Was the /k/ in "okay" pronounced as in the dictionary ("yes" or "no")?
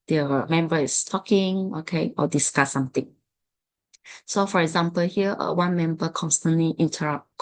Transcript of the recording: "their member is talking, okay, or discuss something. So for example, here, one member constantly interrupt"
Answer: yes